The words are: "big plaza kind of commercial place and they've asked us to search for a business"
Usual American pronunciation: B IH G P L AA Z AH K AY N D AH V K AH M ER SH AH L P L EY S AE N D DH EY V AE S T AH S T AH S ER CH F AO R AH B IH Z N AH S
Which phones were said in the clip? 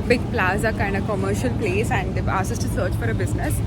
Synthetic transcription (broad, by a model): B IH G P L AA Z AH K AY N D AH K AH M ER SH AH L P L EY S AE N D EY AA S AH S T AH S ER CH F AO R AH B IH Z N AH S